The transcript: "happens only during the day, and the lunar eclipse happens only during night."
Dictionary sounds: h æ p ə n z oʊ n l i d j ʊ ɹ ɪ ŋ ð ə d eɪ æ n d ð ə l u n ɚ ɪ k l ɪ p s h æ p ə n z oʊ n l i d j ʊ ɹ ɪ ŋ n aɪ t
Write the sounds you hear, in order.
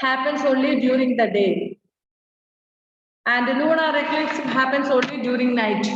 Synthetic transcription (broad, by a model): h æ p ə n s oʊ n l i d j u ɹ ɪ ŋ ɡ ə d eɪ æ n d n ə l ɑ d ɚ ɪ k ɪ s h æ p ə n s oʊ n l i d j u ɹ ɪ ŋ n aɪ t